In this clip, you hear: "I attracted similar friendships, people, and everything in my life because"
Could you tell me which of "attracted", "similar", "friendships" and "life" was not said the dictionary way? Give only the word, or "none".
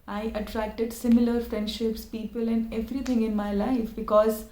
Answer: none